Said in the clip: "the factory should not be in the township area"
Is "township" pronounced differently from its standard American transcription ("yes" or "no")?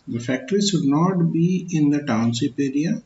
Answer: yes